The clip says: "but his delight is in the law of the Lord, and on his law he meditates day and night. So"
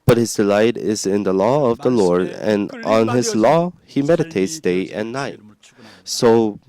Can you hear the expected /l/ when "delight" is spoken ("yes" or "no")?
yes